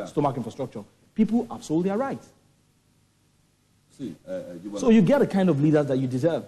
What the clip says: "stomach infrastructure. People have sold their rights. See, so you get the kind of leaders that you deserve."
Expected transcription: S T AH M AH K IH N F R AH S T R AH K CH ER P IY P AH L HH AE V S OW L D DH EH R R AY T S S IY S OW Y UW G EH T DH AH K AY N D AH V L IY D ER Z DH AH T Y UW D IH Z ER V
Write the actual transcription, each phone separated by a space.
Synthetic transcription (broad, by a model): S T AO M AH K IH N F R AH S T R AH K CH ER P IY P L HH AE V S OW L D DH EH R R AY T S S IY S OW Y UW G EH T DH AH K AY N D AH V L IY D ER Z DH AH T Y UW D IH Z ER V